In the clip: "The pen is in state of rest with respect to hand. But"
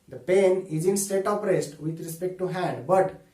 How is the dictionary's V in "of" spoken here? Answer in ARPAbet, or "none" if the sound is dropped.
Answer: P